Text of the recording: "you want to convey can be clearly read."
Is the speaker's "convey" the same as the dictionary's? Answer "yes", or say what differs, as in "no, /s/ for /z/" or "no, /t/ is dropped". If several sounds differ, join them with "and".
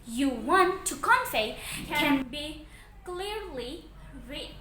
no, /f/ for /v/